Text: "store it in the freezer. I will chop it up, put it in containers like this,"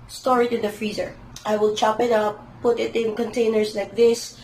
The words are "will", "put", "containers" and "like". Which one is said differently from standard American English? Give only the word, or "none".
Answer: containers